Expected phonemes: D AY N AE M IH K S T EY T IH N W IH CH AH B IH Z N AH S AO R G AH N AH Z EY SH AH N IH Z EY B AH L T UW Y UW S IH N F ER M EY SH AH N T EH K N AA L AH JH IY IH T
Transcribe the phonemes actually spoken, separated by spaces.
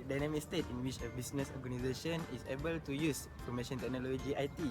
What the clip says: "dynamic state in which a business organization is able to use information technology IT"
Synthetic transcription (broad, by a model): D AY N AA M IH K S T EY T IH N W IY CH AH B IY S N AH S AO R G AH N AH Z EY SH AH N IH S EY B AH L T UW Y UW S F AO M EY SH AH N T EH K N AA L AH JH IY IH T